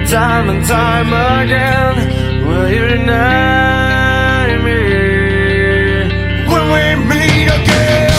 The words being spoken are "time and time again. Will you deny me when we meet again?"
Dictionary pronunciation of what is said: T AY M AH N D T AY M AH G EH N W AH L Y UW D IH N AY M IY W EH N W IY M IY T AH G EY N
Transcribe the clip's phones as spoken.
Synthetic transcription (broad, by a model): T AY M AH N T AY M AH G EH N W AH L Y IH N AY M IY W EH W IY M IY AH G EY